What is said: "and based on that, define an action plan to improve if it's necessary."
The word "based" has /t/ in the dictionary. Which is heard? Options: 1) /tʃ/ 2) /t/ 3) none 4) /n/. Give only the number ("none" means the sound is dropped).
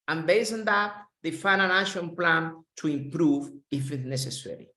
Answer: 3